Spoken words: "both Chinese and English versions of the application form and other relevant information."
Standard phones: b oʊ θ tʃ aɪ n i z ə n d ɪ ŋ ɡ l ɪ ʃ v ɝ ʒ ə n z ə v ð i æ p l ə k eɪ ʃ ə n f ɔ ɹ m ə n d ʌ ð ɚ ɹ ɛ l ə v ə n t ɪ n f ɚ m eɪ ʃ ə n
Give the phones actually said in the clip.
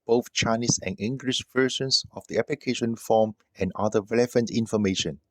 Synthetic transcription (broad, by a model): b oʊ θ tʃ aɪ n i s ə n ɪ ŋ ɡ l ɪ ʃ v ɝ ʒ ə n s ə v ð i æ p l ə k eɪ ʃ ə n f ɔ m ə n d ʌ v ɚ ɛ l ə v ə n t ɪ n f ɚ m eɪ ʃ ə n